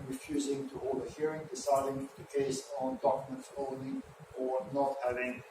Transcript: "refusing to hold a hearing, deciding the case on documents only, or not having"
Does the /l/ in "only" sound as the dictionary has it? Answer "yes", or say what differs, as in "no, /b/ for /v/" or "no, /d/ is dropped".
no, /l/ is dropped